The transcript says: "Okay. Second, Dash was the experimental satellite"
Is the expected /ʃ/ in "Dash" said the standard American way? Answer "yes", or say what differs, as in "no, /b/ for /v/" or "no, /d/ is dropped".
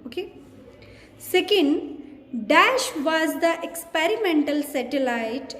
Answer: yes